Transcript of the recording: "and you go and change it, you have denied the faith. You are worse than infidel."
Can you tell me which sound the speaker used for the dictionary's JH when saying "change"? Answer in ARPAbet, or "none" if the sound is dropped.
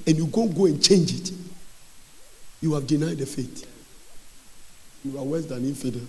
JH